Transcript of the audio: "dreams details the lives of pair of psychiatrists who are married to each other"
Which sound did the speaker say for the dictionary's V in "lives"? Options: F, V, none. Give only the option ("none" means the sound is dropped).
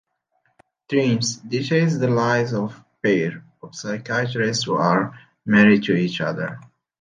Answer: none